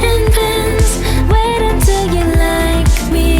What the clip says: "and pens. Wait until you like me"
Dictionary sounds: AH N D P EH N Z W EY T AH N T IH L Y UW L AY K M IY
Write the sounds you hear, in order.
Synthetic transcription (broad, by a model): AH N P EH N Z W EY T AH T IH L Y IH L AY K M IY